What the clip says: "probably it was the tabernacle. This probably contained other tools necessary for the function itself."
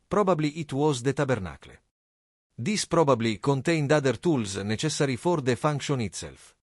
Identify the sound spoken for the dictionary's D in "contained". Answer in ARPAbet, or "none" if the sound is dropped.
D